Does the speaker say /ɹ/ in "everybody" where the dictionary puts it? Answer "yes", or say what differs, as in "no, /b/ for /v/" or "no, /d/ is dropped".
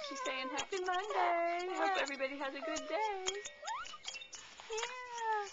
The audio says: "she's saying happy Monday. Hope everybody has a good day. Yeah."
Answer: yes